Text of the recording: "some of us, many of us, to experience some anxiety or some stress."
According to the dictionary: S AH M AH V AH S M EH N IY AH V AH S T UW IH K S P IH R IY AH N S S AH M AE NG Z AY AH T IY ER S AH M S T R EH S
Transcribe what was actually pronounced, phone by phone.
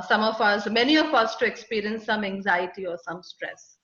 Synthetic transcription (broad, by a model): S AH M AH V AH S M EH N IY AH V AH S T UW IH K S P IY R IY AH N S S AH M AE NG Z AY AH T IY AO S AH M S T R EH S